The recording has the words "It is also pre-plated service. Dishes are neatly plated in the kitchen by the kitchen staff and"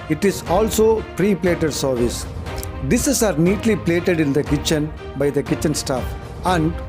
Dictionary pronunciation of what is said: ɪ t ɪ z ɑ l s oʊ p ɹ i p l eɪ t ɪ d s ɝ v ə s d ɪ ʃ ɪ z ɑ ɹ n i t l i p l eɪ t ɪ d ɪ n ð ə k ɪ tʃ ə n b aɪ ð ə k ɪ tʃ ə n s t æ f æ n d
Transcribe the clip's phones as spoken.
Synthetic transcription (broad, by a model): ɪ t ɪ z ɑ l s oʊ p ɹ i p l eɪ t ɪ d s ɝ v ə s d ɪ s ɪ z ɑ ɹ n i t l i p l eɪ t ɪ d ɪ n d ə k ɪ tʃ ə n b aɪ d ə k ɪ tʃ ə n s t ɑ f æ n d